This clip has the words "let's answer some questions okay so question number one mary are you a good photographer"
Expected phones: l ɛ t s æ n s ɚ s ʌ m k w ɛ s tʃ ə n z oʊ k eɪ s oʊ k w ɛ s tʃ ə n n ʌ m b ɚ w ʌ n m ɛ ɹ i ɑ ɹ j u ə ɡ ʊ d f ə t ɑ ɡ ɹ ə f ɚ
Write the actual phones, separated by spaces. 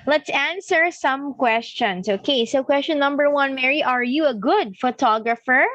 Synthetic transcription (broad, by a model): l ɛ t s æ n s ɚ s ʌ m k w ɛ s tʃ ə n s oʊ k eɪ s oʊ k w ɛ s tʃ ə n n ʌ m b ɚ w ʌ n m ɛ ɹ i ɑ ɹ j u ə ɡ ʊ d f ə t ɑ ɡ ɹ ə f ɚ